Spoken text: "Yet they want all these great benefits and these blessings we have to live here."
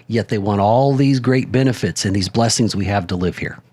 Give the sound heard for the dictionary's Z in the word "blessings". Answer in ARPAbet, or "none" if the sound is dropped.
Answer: Z